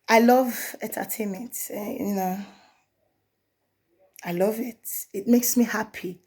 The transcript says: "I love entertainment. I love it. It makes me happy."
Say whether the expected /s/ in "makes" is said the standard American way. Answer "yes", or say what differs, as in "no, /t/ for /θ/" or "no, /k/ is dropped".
yes